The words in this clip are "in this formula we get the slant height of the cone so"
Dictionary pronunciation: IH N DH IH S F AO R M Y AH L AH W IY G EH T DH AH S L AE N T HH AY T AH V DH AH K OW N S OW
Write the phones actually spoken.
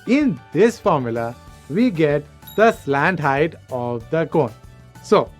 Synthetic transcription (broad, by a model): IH N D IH S F AO R M Y AH L AH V IY G EH T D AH S L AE N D HH AY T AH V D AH K OW N S OW